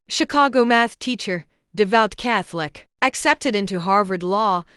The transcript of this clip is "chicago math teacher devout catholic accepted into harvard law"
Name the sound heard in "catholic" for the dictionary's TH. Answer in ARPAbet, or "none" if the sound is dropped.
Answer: TH